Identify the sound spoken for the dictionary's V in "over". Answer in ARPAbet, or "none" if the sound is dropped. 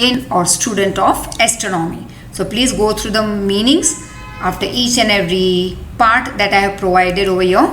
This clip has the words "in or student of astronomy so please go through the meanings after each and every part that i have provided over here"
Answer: V